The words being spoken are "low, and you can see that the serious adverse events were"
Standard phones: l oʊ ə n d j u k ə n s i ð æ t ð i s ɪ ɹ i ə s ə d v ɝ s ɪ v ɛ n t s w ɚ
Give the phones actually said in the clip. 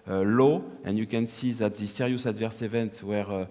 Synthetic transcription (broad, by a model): l oʊ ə n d j u k ə n s i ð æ t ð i s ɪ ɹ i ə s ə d v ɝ s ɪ v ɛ n t w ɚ